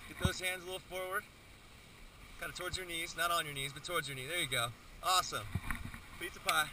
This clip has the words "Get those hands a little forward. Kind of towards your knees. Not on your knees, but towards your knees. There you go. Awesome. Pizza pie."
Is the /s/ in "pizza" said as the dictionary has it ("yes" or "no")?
no